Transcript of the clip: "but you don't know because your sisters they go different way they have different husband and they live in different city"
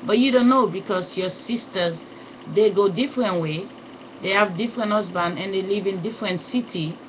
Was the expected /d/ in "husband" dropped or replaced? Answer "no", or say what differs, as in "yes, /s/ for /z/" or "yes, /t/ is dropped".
yes, /d/ is dropped